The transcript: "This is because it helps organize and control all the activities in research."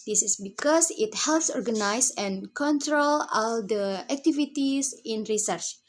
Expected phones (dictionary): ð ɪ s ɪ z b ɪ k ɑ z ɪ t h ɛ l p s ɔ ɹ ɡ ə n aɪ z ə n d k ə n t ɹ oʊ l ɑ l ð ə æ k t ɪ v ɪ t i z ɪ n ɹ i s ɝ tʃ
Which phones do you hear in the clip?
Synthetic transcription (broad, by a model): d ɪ s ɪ s b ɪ k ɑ s ɪ t h ɛ l p s ɔ ɹ ɡ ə n aɪ s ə n k ə n t ɹ oʊ l ɑ l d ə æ k t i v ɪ t i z ɪ n ɹ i s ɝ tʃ